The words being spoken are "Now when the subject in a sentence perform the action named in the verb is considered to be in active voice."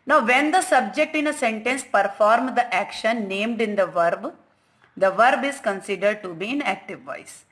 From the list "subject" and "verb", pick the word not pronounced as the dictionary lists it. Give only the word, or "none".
none